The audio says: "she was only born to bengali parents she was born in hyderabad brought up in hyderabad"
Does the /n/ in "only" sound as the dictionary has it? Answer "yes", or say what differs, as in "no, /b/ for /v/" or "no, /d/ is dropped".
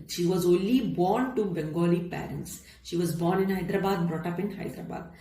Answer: yes